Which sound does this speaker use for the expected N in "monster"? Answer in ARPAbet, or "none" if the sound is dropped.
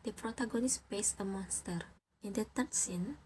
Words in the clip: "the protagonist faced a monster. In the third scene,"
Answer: N